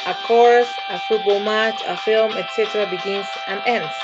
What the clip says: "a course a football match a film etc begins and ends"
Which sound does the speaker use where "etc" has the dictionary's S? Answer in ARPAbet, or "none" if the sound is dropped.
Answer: S